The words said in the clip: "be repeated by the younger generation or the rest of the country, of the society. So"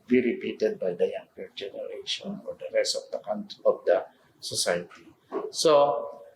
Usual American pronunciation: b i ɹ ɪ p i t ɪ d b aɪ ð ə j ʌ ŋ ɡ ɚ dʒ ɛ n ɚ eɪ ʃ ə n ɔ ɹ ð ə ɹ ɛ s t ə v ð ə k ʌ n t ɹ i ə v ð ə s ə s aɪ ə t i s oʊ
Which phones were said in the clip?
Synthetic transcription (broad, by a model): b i ɹ ɪ p i t ɪ d b aɪ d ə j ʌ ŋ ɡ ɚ dʒ ɛ n ɚ eɪ ʃ ə n ɔ ɹ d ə ɹ ɛ s t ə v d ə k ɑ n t i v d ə s ə s aɪ ə t i s oʊ